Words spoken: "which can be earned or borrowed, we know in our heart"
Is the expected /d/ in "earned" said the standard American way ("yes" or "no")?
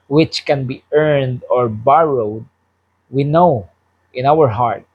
yes